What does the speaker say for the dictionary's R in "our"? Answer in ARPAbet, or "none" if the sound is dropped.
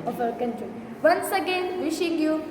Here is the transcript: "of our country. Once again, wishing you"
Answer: L